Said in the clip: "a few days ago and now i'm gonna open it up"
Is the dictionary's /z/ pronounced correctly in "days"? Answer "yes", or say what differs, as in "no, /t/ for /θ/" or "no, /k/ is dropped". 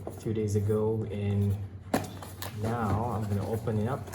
yes